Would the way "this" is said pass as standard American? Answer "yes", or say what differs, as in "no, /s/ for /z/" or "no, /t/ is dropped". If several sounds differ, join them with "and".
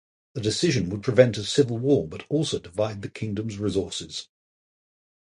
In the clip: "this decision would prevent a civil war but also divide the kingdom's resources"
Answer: no, /s/ is dropped